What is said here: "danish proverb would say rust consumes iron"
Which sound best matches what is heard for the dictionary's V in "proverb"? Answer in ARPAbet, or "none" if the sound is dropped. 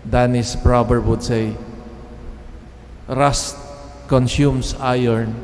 B